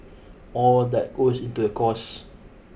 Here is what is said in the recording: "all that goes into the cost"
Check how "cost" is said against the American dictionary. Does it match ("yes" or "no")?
no